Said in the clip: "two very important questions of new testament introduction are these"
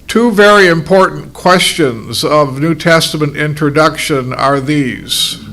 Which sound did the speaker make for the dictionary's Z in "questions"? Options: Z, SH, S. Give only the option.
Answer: Z